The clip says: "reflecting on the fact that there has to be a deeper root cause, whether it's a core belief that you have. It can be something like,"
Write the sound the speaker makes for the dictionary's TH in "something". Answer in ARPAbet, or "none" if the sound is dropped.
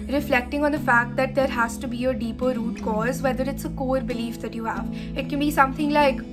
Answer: T